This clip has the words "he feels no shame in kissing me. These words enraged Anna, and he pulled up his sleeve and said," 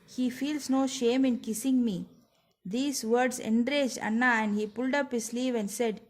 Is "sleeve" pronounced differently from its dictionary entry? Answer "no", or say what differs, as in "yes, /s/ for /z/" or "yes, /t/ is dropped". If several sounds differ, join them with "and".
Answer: no